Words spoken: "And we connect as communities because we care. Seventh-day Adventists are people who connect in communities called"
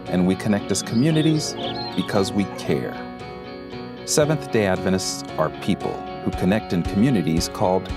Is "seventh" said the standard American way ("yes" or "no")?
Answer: yes